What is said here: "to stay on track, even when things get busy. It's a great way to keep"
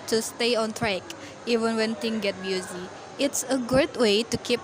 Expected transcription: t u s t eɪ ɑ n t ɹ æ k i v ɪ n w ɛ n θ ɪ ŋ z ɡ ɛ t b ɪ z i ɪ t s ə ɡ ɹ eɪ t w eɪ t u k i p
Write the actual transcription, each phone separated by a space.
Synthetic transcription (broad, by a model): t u s t eɪ ɑ n t ɹ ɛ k i v ɪ n w ɛ n t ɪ ŋ ɡ ɛ t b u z i ɪ t s ə ɡ u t w eɪ t u k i p